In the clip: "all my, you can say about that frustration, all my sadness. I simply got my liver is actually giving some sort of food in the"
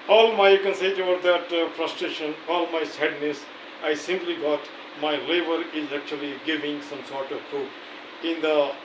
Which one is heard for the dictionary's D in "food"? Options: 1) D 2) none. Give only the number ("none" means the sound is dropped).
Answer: 2